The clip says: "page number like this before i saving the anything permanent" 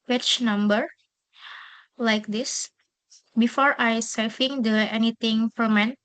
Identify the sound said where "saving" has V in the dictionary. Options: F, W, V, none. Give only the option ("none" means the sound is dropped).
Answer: F